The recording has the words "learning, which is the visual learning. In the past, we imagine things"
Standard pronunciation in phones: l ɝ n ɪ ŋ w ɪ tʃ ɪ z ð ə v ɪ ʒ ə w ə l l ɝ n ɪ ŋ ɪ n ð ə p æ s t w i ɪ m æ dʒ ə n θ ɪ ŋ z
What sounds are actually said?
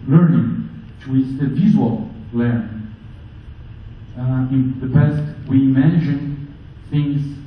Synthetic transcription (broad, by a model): l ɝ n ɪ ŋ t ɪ ɪ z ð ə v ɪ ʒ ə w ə l l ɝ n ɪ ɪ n ð ə b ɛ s t w i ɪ m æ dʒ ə n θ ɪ ŋ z